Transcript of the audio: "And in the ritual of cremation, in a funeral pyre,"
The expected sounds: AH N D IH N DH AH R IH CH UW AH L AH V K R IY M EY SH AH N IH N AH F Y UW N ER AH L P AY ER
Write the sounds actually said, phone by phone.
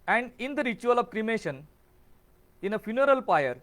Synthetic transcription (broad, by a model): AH N D IH N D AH R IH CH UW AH L AH V K R IY M EY SH AH N IH N AH F Y UW N ER AH L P AY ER